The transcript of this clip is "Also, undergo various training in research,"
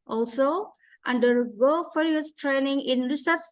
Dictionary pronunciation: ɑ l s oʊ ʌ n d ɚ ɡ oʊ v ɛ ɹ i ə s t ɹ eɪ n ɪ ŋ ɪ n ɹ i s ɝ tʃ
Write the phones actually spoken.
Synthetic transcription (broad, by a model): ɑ l s oʊ ʌ n d ɚ ɡ oʊ f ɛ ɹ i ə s t ɹ eɪ n ɪ ŋ ɪ n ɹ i s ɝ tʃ